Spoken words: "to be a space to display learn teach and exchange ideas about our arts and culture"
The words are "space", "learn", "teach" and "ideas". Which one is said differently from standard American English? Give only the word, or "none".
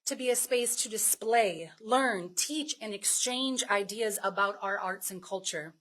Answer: none